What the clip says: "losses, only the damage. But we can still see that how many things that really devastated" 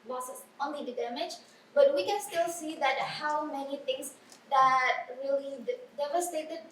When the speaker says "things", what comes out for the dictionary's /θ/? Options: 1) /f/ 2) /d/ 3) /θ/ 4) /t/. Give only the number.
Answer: 4